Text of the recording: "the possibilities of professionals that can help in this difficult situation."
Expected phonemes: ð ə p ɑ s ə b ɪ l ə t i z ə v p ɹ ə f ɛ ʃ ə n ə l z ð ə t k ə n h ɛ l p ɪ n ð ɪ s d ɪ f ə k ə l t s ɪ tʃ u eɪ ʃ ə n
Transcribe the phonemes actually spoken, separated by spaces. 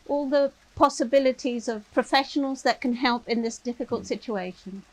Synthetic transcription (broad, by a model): ð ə p ɑ s ə b ɪ l ə t i z ə v p ɹ ə f ɛ ʃ ə n ə l z ð ə t k ə n h ɛ l p ɪ n ð ɪ s d ɪ f ə k ə l t s ɪ tʃ u eɪ ʃ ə n